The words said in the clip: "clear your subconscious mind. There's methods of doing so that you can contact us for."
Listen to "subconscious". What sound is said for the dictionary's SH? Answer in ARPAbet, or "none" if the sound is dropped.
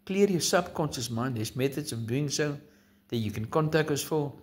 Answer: S